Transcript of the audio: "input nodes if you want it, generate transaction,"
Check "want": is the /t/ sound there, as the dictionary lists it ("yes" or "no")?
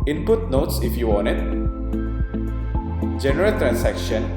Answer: no